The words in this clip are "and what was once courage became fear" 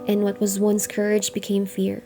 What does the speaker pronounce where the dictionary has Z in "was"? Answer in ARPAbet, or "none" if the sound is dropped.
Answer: Z